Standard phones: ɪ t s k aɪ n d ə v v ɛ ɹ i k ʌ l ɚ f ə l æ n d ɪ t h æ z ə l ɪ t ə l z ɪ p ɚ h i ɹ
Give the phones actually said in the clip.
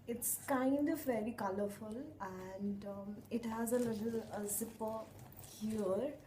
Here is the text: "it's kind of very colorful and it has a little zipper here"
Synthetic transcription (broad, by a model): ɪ t s k aɪ n d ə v v ɛ ɹ i k ʌ l ɚ f ə l æ n d ɪ t h æ z ə l ɪ t ə l s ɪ p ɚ h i ɹ